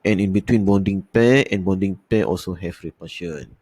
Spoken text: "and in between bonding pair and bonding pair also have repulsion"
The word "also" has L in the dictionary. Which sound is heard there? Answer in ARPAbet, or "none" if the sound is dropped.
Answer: L